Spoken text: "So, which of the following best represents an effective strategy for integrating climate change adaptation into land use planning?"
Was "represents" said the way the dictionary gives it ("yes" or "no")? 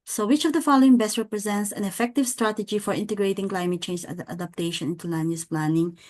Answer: yes